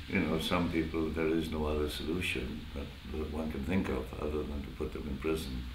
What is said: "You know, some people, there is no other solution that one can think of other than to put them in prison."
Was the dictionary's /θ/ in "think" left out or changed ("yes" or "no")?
no